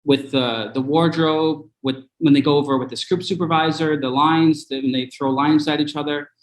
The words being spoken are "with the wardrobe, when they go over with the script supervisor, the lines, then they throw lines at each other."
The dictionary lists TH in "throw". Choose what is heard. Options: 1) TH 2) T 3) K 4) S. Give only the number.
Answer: 1